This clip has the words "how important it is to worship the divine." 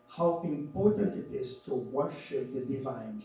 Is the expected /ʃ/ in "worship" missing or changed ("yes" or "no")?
no